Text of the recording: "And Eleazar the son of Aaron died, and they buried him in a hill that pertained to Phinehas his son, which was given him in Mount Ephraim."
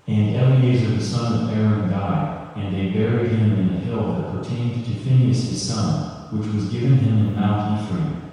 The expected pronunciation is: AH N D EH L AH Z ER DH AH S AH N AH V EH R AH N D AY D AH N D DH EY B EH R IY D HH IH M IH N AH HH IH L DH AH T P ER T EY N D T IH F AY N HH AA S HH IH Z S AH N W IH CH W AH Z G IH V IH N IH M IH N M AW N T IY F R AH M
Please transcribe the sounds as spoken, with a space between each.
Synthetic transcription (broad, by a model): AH N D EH L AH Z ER DH AH S AH N AH V EH R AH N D AY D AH N DH EY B EH R IY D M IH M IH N AH HH IH L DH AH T P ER T EY N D T IH F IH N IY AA S HH IH Z S AH N W IH CH W AH Z G IH V IH N IH M IH N M AW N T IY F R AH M